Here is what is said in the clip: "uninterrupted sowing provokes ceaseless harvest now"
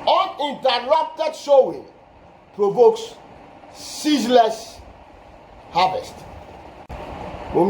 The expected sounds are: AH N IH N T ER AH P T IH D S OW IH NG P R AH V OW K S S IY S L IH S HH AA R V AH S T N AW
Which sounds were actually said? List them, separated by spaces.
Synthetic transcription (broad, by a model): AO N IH N T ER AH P T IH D SH OW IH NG P R AH V OW K S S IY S L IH S HH AA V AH S T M